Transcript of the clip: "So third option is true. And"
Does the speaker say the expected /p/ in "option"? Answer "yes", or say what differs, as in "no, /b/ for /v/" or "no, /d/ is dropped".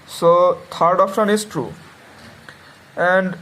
no, /f/ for /p/